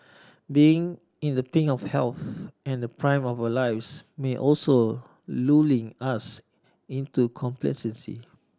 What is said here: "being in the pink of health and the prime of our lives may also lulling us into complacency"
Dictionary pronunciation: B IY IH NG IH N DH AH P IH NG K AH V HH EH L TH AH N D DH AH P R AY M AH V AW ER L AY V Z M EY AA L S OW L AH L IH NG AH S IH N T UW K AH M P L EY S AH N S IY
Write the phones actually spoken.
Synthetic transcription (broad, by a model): B IY IH NG IH N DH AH P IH NG AH F HH EH L TH AH N D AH P R AY M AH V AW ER L AY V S M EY AA L S OW L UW L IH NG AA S IH N T UW K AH M P L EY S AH N S IY